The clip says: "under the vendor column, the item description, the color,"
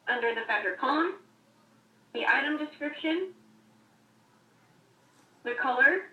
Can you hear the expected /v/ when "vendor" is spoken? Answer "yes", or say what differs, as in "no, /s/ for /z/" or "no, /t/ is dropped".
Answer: no, /f/ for /v/